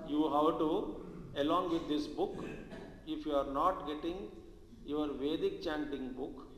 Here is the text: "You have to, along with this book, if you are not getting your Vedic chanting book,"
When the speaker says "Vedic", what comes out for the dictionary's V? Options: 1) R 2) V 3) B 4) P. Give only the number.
2